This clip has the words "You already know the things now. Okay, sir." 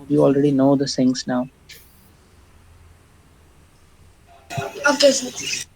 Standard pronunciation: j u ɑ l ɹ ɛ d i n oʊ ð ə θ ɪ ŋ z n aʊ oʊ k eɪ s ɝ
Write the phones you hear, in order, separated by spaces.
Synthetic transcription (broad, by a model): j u ɑ l ɹ ɛ d i n oʊ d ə s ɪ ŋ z n aʊ oʊ k eɪ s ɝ